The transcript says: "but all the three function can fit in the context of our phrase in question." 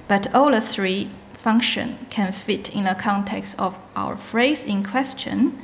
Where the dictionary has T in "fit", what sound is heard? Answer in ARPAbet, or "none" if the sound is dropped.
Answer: T